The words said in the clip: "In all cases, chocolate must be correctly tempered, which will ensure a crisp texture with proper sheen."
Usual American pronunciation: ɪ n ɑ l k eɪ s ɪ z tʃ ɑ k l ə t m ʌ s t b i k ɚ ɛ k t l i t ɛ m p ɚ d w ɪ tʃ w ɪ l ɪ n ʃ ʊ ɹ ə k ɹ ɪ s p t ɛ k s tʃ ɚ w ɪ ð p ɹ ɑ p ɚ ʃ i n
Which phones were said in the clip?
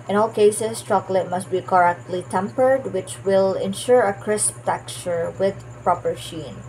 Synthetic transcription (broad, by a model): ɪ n ɑ l k eɪ s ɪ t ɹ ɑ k l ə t m ʌ s t b i k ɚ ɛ k t l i t ɛ m p ɚ d w ɪ tʃ w ɪ l ɪ n ʃ ʊ ɹ ə k ɹ ɪ s p t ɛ k tʃ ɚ w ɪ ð p ɹ ɑ p ɚ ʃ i n